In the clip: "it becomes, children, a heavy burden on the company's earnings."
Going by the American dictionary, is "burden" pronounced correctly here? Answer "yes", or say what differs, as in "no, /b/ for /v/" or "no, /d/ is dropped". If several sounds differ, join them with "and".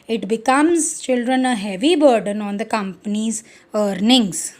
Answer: yes